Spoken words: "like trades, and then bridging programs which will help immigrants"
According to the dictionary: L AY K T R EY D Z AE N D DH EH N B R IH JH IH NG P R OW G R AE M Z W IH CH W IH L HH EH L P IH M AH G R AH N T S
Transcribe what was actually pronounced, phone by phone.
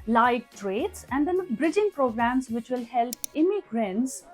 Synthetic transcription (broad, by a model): L AY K T R EY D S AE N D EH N B R IH JH IH NG P R OW G R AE M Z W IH CH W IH L HH EH L P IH M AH G R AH N T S